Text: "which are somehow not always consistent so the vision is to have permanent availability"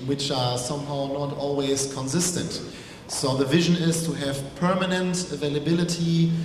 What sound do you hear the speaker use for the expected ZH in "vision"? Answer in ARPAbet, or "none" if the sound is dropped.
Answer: ZH